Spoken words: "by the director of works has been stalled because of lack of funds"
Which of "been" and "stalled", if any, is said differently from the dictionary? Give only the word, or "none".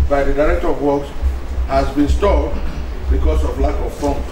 stalled